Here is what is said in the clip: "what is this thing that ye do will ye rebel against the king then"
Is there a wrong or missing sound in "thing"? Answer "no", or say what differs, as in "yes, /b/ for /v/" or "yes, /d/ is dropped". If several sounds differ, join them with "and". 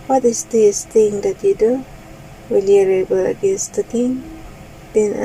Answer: yes, /t/ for /θ/